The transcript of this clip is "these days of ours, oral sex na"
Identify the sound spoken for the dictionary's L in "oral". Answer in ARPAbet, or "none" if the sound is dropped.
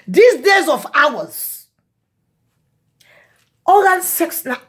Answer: N